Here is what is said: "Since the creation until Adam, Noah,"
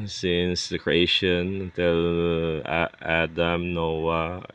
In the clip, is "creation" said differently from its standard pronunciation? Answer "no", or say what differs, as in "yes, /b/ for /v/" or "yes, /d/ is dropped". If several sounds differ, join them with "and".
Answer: yes, /ʃ/ is dropped